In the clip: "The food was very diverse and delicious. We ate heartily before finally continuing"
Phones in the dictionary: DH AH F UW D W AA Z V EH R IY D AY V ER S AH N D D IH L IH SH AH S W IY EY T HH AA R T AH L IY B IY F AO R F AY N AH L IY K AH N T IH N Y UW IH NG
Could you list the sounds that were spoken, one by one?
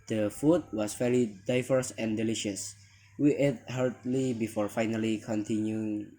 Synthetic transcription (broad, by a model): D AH F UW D W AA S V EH L IY D AY V ER S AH N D D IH L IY SH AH S W IY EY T HH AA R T L IY B IY F AO R F AY N AH L IY K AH N T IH N Y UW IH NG